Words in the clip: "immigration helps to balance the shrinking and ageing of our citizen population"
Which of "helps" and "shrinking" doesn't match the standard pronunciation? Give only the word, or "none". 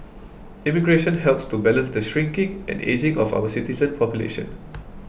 none